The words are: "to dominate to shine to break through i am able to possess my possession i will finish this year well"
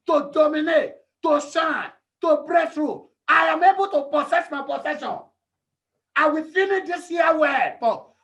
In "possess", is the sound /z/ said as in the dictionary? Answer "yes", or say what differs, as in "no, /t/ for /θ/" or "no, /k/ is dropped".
no, /s/ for /z/